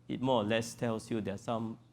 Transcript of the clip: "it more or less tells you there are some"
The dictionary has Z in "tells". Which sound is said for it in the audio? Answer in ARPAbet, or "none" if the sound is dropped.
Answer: S